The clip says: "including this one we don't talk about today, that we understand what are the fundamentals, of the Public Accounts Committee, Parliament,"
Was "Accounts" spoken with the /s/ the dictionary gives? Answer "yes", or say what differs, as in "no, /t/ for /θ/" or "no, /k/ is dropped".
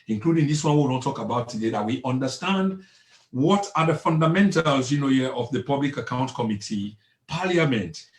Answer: no, /s/ is dropped